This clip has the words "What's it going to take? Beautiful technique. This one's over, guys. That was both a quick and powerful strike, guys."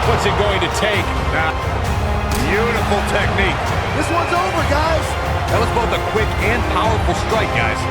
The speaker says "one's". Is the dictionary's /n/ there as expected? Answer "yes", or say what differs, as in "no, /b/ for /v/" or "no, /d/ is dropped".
yes